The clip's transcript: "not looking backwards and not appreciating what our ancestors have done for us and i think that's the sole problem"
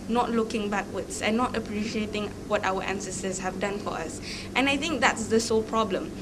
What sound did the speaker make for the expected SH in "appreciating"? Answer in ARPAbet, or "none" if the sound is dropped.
SH